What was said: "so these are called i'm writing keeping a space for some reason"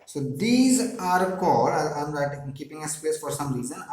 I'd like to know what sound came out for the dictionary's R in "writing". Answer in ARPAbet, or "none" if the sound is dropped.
L